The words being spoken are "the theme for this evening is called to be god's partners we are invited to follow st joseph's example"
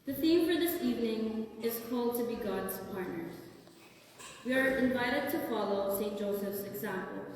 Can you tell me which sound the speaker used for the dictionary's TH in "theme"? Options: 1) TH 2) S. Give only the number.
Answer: 1